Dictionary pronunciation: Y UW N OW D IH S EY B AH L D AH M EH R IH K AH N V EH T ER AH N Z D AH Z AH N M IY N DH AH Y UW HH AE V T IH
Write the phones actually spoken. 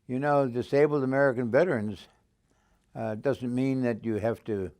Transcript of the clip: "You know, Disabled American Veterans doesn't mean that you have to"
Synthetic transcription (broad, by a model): Y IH N OW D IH S EY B L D AH M EH R IH K AH N V EH T ER AH N Z D AH Z AH N M IY N DH AH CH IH HH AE F T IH